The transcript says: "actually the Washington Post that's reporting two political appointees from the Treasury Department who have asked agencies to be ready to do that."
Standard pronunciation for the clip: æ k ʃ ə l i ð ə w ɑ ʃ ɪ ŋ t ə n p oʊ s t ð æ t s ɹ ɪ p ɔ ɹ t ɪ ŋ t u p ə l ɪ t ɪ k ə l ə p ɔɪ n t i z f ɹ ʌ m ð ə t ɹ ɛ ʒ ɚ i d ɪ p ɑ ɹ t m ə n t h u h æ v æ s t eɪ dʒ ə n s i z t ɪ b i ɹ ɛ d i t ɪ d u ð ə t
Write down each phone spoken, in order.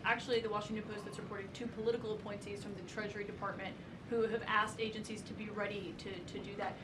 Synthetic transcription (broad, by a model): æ k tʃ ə l i ð ə w ɑ ʃ ɪ ŋ t ə n p oʊ s t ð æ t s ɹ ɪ p ɔ ɹ t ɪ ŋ t u p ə l ɪ t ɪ k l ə p ɔɪ n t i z f ɹ ʌ m ð ə t ɹ ɛ ʒ ɚ i d ɪ p ɑ ɹ t m ə n t h u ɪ v æ s t eɪ dʒ ə n s i z t ɪ b i ɹ ɛ d i t ɪ d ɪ ð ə t